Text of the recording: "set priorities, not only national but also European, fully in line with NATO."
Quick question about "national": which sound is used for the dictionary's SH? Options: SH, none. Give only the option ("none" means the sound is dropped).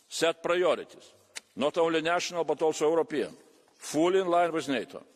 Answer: SH